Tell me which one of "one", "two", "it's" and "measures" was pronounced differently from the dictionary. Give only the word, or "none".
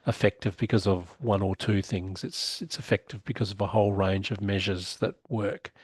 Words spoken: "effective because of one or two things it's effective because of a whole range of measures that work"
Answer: none